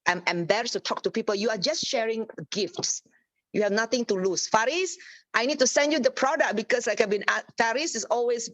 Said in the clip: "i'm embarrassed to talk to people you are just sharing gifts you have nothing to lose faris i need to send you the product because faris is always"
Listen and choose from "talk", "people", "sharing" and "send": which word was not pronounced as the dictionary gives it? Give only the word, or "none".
none